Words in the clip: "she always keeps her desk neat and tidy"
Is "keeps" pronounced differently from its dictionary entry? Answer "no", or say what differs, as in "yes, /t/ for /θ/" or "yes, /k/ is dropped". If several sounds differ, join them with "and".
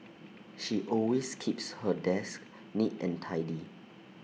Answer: no